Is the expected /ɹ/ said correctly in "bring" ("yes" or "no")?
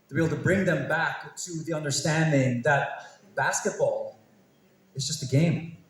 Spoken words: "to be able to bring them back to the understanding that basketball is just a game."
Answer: yes